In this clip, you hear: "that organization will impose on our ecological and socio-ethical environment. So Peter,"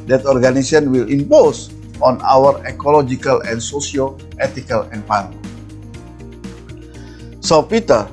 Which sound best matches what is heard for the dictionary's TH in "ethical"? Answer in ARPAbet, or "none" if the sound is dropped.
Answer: T